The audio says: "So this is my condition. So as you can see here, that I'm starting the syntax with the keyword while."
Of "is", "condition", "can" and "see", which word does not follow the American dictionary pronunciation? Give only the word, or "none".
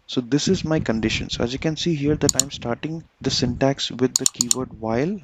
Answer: none